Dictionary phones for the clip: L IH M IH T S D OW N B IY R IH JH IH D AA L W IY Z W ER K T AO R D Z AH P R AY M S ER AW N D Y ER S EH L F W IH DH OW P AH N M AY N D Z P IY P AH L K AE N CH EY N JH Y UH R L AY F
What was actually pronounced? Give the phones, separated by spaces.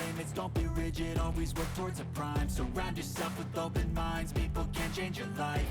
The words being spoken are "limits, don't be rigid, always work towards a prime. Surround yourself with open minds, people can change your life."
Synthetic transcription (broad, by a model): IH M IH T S D OW N B IY R IH JH IH D AA L W IY Z W ER K T AO R D Z AH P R AY M S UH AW N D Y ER S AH F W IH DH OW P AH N M AY N D Z P IY P L K AE N CH EY N JH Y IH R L AY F